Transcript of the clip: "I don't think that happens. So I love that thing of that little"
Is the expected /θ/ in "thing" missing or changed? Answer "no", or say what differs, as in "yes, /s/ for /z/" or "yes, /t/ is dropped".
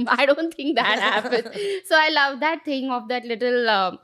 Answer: yes, /t/ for /θ/